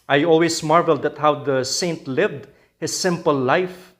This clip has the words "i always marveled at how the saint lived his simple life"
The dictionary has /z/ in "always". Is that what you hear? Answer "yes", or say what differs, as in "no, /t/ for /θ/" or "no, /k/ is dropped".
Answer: no, /s/ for /z/